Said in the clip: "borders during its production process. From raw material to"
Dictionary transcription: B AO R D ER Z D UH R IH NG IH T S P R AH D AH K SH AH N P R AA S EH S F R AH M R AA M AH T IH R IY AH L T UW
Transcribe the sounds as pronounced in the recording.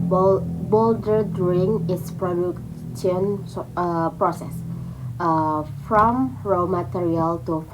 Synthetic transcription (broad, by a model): B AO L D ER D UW IH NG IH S P R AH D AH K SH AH N P R AA S EH S F R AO M R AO M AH T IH R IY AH L T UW